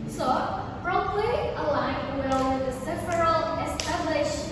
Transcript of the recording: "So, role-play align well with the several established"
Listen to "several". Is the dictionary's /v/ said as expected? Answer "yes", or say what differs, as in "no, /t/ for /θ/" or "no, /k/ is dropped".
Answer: no, /f/ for /v/